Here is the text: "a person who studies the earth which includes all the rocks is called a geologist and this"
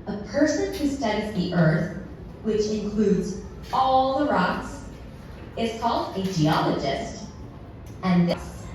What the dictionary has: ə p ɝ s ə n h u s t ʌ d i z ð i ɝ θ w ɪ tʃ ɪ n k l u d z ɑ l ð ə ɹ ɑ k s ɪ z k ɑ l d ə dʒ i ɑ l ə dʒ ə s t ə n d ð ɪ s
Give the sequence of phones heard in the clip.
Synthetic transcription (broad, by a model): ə p ɝ s ə n h u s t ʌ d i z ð i ɝ θ w ɪ tʃ ɪ n k l u d z ɑ l ð ə ɹ ɑ k s ɪ z k ɑ l d ə dʒ i ɑ l ə dʒ ə s t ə n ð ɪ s